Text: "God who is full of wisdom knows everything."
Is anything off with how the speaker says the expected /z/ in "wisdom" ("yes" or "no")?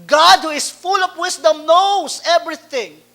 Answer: yes